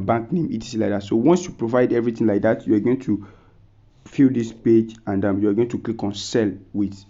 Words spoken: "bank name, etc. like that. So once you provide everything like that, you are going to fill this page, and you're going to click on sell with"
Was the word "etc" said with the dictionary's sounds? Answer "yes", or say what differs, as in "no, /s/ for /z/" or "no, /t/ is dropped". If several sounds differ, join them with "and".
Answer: no, /s/ is dropped